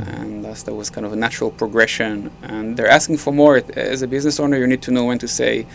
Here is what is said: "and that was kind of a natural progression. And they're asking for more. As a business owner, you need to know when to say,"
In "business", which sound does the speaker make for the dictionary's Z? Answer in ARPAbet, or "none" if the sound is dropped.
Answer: Z